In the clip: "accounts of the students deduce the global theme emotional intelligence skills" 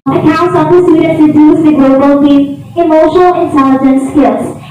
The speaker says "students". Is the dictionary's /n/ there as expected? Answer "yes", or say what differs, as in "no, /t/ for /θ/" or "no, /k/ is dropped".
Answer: no, /n/ is dropped